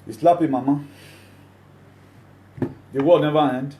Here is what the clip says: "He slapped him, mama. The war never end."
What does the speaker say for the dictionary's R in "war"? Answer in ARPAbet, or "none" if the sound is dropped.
L